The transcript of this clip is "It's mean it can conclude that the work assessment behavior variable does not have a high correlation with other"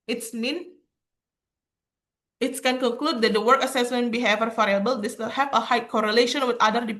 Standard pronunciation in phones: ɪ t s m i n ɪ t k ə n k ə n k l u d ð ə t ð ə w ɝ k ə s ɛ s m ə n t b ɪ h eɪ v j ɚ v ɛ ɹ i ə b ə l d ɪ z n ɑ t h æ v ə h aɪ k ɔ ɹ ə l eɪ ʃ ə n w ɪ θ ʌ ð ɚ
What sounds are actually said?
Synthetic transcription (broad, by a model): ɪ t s m i n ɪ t k ə n k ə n k l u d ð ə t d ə w ɝ k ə s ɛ s m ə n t b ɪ h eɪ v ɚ f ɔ ɹ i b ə l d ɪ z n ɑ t h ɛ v ə h aɪ k ɔ ɹ ə l eɪ ʃ ə n w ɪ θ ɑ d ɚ